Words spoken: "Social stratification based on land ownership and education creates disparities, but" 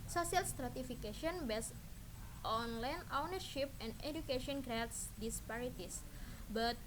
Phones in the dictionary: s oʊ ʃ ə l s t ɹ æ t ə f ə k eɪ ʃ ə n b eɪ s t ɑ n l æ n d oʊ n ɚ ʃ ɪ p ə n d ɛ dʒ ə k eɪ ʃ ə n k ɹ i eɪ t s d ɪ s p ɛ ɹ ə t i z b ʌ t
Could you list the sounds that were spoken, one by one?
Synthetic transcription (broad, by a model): s oʊ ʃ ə l s t ɹ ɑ t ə f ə k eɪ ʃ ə n b eɪ s t ɑ n l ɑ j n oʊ n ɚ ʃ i p ə n d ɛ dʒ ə k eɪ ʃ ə n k ɹ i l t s d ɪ s p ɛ ɹ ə t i s b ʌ t